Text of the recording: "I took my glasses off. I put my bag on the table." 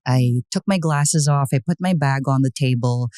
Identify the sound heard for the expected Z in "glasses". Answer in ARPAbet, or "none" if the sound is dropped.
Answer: Z